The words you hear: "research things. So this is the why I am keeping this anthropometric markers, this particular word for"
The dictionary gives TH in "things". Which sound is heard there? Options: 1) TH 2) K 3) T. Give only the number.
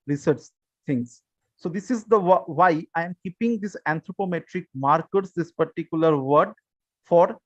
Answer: 3